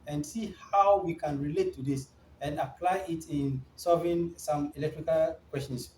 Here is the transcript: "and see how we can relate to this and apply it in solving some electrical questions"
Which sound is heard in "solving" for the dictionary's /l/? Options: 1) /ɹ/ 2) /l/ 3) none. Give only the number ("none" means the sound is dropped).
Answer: 3